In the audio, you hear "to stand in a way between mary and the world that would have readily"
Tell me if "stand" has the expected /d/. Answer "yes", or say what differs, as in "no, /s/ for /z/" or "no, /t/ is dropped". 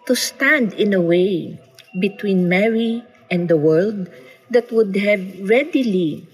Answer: yes